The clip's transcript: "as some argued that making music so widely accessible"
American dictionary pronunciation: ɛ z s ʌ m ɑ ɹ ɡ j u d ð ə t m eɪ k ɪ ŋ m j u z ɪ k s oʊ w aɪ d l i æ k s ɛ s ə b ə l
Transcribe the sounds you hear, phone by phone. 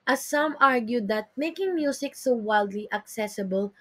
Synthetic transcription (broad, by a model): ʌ s ʌ m ɑ ɹ ɡ j u d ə t m eɪ k ɪ ŋ m j u s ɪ k s oʊ w aɪ d l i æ k s ɛ s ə b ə l